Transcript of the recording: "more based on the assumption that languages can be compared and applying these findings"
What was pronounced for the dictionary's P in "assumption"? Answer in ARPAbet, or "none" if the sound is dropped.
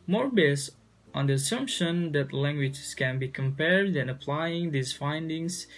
P